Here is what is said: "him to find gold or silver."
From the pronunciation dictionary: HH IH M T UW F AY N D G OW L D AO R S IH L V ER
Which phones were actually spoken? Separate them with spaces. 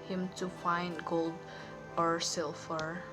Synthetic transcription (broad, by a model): HH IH M T UW F AY N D G OW L D AO R S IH L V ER